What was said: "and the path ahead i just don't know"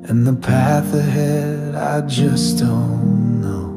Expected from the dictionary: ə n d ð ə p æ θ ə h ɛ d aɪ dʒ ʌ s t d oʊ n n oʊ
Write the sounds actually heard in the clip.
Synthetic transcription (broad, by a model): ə n ð ə p æ θ ə h ɛ d aɪ dʒ ʌ s d oʊ n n oʊ